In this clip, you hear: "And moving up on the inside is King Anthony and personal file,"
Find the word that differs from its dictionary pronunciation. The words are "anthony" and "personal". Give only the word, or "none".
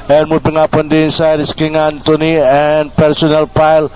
anthony